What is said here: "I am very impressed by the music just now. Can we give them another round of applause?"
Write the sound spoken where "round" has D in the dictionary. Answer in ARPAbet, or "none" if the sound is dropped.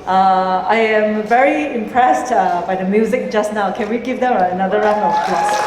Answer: none